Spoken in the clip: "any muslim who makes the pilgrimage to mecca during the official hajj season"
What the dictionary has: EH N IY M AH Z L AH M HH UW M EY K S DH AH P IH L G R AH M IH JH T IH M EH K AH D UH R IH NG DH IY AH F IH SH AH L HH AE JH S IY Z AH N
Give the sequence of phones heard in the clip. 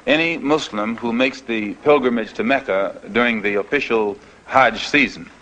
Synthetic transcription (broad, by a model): EH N IY M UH S L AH M HH UW M EY K S DH AH P IH L G R AH M IH JH T IH M EH K AH D UH R IH NG DH IY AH F IH SH L HH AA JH S IY Z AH N